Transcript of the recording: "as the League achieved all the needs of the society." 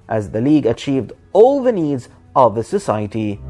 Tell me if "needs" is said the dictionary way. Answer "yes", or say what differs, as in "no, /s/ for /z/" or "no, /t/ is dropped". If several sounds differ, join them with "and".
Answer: yes